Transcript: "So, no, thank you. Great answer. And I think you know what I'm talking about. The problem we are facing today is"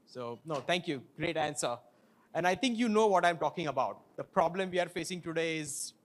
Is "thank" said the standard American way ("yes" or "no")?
no